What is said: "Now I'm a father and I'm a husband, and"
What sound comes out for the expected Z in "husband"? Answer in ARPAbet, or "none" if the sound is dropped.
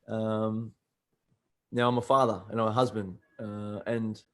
Z